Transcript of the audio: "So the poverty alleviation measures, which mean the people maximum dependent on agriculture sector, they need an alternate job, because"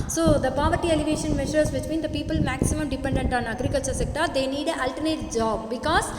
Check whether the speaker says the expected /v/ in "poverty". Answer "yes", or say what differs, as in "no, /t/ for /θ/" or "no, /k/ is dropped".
yes